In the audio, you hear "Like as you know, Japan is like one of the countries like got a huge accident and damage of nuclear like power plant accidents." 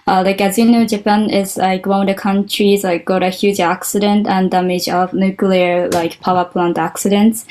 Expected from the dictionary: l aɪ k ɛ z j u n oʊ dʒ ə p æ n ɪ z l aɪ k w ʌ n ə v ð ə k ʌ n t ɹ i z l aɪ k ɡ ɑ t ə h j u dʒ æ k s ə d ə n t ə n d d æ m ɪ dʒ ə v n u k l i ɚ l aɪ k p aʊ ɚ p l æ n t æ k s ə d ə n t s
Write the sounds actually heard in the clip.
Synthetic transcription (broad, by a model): l aɪ k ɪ z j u n oʊ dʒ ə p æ n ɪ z l aɪ k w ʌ ə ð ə k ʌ n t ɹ i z l aɪ k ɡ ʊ t ə h j u dʒ æ k s ə d ə n t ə n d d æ m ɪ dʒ ə v n u k l i ɚ l aɪ k p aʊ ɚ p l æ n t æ k s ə d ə n t s